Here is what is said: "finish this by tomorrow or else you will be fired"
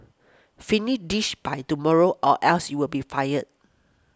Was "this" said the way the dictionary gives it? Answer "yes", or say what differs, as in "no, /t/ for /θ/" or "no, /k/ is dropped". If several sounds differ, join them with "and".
no, /ʃ/ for /s/